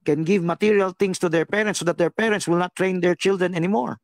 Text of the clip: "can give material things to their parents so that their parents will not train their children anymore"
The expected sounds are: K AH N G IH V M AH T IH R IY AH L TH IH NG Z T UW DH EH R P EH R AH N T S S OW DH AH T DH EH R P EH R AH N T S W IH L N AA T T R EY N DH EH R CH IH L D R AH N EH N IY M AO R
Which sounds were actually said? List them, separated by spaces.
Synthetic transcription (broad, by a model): K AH N G IH V M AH T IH R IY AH L T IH NG S T UW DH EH R P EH R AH N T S S OW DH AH T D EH R P EH R AH N T S W IH L N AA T T R EY N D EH R CH IH L D R AH N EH N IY M AO R